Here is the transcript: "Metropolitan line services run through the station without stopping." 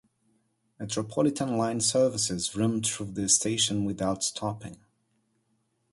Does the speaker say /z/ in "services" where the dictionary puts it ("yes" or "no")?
yes